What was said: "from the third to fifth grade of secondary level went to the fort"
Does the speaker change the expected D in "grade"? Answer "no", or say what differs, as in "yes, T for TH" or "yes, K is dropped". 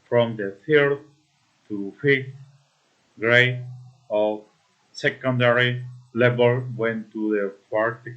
yes, D is dropped